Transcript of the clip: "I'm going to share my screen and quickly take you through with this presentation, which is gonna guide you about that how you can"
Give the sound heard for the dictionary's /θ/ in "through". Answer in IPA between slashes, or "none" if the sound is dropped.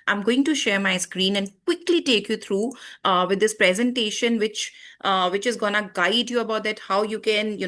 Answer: /t/